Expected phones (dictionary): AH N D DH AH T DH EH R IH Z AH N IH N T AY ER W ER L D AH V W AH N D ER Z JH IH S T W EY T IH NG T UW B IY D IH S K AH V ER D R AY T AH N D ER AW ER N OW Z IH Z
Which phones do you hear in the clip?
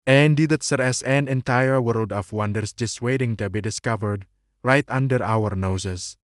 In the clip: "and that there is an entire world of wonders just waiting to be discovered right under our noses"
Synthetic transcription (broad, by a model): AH N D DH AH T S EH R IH S AH N IH N T AY ER W ER L D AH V W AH N D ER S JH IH S W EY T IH NG T UW B IY D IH S K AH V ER D R AY T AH N D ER AW ER N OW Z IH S